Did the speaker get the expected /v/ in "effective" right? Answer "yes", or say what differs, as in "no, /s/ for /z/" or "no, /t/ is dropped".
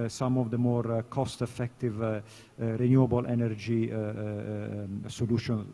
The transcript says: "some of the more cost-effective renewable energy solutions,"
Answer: yes